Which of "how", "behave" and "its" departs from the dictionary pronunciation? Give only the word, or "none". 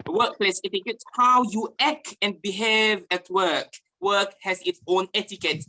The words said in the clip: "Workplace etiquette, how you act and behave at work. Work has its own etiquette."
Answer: none